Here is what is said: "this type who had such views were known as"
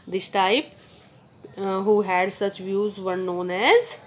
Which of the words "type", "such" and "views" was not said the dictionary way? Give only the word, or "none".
none